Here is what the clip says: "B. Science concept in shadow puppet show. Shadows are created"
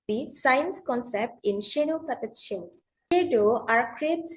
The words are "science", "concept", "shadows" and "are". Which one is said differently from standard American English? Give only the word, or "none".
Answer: shadows